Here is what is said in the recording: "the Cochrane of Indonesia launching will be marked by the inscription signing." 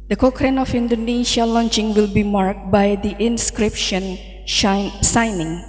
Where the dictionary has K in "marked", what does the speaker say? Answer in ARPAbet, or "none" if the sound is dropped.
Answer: K